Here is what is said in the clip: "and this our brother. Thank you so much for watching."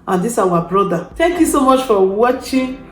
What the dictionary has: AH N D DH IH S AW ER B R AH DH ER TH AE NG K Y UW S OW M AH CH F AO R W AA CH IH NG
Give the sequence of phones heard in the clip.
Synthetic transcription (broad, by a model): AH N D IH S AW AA B R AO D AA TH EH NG K Y UW S OW M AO CH F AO W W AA CH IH